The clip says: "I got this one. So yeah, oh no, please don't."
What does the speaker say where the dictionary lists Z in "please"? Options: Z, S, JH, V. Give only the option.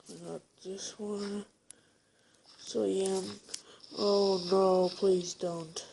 Z